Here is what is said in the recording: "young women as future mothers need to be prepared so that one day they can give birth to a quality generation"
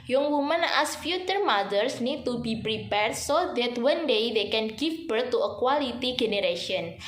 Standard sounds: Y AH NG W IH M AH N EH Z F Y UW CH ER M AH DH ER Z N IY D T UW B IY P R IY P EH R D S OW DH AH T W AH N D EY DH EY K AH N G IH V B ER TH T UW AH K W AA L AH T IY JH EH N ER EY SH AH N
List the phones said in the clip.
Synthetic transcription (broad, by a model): Y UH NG W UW M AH N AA S F Y UW CH ER M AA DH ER S N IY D T UW B IY P R IY P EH R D S OW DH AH T W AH N D EY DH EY K AH N G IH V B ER T UW AH K W AA L AH T IY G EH N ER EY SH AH N